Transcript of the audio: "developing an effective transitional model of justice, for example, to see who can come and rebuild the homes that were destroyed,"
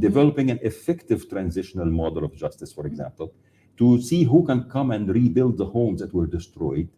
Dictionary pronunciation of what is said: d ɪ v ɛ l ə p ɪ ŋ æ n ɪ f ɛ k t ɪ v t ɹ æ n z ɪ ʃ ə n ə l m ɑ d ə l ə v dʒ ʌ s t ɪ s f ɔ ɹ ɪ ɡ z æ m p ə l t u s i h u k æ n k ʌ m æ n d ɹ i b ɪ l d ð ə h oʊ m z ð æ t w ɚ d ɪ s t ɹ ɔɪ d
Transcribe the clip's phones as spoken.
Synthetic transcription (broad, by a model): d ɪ v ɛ l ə p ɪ ŋ æ n ɪ f ɛ k t ɪ v t ɹ æ n z ɪ ʃ ə n ə l m ɑ d ə l ə v dʒ ʌ s t ɪ s f ɔ ɹ ɪ ɡ z æ m p ə l t u s i h u k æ n k ʌ m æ n d ɹ i b ɪ l d ð ə h oʊ m z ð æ t w ɚ d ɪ s t ɹ ɔɪ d